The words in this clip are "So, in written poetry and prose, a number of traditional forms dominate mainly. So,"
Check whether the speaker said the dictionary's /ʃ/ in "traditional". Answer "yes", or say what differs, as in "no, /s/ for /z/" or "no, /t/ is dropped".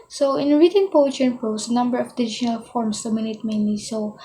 no, /ʃ/ is dropped